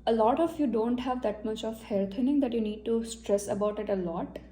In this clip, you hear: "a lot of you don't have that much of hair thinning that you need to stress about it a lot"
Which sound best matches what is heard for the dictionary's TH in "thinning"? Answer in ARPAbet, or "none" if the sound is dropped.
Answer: T